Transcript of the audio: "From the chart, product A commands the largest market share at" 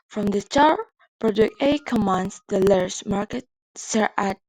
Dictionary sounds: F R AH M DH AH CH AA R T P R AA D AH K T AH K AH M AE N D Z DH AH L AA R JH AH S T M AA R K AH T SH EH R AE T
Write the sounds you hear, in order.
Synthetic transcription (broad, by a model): F R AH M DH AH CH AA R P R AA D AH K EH AH K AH M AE N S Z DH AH L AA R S M AA R K AH T S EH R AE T